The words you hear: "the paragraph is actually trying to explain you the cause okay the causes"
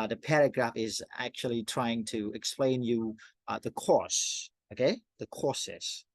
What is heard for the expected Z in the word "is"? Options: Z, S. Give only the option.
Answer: Z